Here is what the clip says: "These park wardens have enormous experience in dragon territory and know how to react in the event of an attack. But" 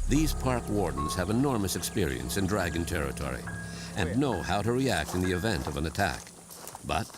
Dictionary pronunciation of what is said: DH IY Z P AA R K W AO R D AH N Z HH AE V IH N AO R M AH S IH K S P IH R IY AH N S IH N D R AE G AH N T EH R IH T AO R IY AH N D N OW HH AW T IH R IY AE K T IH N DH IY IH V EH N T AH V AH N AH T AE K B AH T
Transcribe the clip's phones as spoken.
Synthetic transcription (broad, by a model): DH IY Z P AA R K W AO R D N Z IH V IH N AO R M AH S IH K S P IH R IY AH N S IH N D R AE G AH N T EH R IH T AO R IY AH N N OW HH AW T IH R IY AE K T IH N DH IY IH V EH N T AH V AH N AH T AE K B AH T